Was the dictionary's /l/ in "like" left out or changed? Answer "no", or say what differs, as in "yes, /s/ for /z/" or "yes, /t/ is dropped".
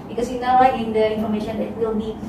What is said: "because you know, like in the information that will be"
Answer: yes, /w/ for /l/